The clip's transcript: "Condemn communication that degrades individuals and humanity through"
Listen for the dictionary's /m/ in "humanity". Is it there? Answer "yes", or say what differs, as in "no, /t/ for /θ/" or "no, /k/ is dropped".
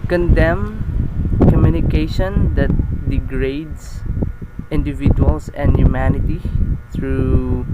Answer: yes